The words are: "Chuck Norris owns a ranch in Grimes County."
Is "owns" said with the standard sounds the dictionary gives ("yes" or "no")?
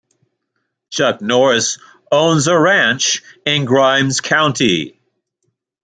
yes